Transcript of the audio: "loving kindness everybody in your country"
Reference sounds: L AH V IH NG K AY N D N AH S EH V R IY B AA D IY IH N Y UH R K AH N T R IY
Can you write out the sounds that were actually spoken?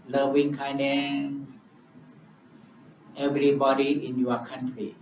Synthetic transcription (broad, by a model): L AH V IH NG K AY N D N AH EH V R IY B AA D IY IH N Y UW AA K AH N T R IY